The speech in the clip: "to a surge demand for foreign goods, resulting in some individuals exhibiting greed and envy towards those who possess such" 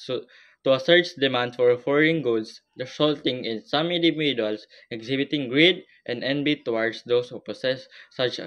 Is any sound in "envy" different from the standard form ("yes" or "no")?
yes